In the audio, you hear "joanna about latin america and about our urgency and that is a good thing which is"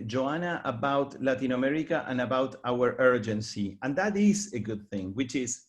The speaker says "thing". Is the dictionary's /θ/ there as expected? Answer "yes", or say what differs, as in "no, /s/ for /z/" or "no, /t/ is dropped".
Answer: yes